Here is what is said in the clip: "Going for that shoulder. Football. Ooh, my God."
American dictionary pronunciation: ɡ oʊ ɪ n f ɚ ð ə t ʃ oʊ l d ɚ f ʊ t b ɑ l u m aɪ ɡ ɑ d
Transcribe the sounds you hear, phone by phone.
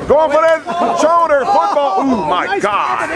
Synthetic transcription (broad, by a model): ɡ oʊ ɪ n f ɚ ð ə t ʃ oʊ d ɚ f ʊ t b ɑ l u m aɪ ɡ ɑ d